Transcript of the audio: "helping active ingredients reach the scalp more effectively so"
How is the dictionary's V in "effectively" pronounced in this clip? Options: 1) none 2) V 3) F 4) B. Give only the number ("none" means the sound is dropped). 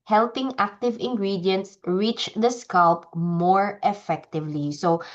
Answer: 2